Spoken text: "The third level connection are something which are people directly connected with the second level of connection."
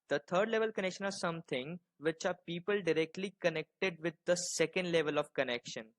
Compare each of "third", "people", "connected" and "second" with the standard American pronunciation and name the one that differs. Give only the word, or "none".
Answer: third